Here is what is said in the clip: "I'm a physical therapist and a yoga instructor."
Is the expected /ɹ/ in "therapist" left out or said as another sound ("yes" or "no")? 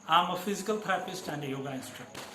yes